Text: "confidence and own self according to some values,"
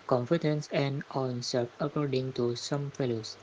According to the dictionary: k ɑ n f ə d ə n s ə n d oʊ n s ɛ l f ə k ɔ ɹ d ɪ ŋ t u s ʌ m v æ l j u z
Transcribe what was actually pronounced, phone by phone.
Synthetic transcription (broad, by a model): k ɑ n f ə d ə n s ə n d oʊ n s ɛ f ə k ɔ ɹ d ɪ ŋ t u s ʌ m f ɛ l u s